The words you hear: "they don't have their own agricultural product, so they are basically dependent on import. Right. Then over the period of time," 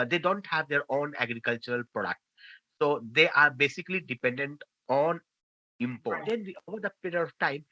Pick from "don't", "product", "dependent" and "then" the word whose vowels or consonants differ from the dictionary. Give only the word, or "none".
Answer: then